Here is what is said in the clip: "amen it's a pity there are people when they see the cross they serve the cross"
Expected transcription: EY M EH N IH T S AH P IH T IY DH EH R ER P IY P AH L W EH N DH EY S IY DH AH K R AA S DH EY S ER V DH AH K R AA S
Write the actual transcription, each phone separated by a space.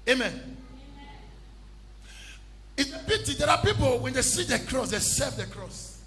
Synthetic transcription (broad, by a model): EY M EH N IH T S AH B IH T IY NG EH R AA P IY P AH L W EH N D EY S IY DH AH K R AA S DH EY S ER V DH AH K R AA S